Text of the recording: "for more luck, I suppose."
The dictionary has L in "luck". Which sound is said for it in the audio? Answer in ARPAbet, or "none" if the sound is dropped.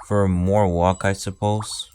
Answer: W